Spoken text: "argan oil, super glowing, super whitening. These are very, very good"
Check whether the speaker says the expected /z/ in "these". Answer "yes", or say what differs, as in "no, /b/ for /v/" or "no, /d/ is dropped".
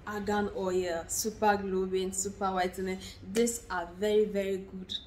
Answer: no, /s/ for /z/